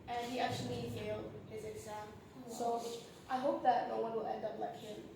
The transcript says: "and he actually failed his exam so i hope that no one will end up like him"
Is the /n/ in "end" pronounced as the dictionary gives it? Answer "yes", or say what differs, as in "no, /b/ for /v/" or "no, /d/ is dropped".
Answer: yes